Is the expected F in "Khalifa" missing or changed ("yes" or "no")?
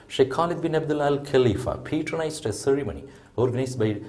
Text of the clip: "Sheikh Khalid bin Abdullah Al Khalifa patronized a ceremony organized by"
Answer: no